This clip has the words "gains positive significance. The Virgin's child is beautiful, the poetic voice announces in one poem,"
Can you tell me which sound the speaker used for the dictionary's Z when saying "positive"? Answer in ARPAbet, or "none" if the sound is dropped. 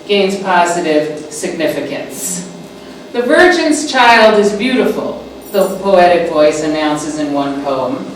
Z